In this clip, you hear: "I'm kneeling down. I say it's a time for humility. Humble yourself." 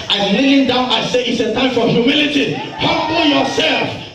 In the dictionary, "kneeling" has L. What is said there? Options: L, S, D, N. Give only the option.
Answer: N